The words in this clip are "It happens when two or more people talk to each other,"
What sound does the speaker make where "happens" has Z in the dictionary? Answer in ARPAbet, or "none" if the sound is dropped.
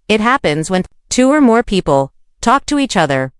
Z